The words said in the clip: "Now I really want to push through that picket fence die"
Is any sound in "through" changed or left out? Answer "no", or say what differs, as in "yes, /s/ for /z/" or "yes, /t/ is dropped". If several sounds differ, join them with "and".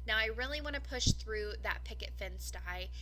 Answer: no